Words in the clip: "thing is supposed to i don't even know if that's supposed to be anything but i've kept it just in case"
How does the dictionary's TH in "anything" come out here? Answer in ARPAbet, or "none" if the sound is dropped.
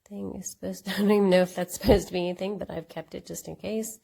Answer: TH